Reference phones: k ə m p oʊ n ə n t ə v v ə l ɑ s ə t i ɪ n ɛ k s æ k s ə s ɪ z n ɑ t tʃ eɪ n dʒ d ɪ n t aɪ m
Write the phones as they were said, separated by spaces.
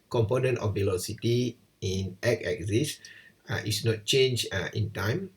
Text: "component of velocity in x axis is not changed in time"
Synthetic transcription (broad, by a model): k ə m p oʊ n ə n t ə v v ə l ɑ s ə t i ɪ n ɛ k ɛ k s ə s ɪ s n ɑ t tʃ eɪ n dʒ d ɪ n t aɪ m